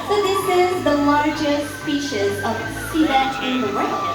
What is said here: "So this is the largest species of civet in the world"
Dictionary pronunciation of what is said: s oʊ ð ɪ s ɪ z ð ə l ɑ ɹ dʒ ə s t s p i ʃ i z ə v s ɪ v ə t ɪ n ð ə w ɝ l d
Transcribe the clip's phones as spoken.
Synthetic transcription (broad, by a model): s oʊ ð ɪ s ɪ z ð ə l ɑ ɹ dʒ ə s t s p i ʃ i z ə v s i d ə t ɪ n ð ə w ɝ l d